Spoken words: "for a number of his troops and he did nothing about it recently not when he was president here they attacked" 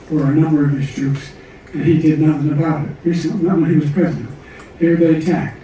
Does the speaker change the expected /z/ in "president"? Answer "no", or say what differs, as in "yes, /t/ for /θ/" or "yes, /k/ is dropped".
no